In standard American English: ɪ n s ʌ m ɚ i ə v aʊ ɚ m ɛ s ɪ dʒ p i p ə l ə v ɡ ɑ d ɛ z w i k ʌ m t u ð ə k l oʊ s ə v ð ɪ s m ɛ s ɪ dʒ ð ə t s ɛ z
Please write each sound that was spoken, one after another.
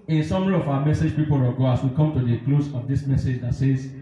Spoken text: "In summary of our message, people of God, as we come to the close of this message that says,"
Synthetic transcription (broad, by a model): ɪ n s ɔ m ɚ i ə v aʊ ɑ m ɛ s ɪ dʒ p i p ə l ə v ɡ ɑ ɑ s w i k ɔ m t u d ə k l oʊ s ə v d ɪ s m ɛ s ɪ dʒ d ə t s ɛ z